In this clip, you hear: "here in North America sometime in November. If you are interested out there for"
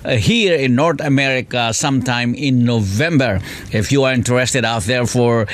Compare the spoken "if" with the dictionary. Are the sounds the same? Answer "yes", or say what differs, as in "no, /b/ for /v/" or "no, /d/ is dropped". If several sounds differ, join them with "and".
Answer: yes